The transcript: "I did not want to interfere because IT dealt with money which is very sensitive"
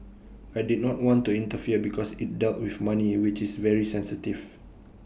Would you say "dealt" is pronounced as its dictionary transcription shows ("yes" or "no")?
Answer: yes